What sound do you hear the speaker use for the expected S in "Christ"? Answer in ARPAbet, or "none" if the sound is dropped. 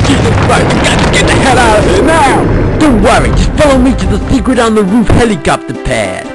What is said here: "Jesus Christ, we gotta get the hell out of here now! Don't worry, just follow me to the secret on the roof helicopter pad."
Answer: none